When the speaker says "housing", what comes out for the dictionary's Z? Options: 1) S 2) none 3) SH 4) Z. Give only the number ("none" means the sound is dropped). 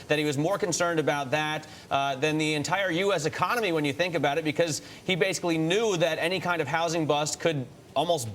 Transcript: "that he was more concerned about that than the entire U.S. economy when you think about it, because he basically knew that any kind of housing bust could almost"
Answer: 4